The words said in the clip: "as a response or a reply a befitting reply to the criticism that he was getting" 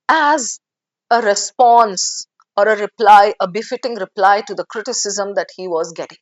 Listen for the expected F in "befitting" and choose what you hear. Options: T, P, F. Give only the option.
F